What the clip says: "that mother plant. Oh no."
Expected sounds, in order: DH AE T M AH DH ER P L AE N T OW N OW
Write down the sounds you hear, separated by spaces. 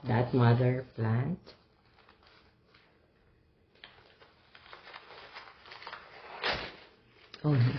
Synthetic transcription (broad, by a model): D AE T M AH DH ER P L AE N T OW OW